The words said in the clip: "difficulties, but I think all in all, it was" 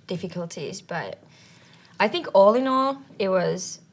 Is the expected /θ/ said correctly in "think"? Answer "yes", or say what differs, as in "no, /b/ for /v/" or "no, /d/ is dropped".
yes